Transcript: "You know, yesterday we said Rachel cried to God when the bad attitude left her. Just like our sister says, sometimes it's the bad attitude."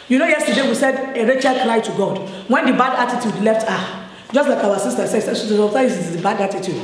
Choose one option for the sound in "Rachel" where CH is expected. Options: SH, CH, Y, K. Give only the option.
CH